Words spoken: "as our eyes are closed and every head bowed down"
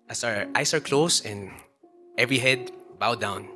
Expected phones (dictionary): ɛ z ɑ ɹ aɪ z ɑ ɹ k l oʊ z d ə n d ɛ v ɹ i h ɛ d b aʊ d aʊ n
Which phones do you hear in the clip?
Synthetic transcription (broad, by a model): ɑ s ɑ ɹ aɪ s ɑ ɹ k l oʊ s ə n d ɛ v ɹ i h ɛ d b aʊ d aʊ n